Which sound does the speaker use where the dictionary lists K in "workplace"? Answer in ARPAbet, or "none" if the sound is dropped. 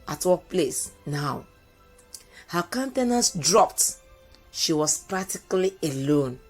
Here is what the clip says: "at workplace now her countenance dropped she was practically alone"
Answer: none